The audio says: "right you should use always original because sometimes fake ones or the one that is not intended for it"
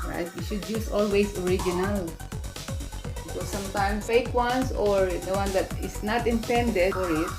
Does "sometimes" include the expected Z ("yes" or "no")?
no